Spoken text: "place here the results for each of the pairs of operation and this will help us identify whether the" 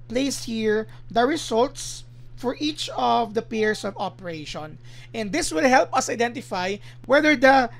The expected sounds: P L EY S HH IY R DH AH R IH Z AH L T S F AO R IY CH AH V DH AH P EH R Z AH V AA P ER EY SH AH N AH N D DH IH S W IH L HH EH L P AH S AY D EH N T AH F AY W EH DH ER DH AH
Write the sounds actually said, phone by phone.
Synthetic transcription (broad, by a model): P L EY S HH IY R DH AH R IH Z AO L T S F AO R IY CH AH V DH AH P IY R S AH V AA P ER EY SH AH N AH N D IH S W IH L HH EH L P AH S AY D EH N T AH F AY W EH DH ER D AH